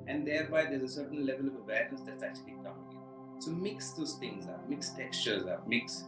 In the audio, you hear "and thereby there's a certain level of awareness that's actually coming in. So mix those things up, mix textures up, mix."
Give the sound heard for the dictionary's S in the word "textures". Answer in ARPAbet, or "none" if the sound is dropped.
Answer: S